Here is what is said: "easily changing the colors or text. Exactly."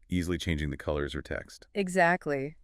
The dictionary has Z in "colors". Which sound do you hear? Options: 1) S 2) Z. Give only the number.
2